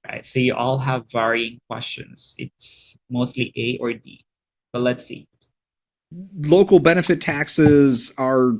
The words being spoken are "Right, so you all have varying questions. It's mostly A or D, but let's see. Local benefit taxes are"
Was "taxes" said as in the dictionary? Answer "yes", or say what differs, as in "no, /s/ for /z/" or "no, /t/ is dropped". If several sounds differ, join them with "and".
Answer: yes